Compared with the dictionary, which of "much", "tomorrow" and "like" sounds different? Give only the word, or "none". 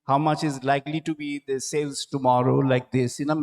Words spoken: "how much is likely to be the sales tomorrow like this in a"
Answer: none